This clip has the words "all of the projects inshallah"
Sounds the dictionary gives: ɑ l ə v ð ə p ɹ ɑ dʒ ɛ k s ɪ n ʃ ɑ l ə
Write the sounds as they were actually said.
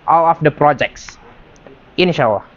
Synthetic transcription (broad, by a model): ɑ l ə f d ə p ɹ ɑ dʒ ɛ k s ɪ n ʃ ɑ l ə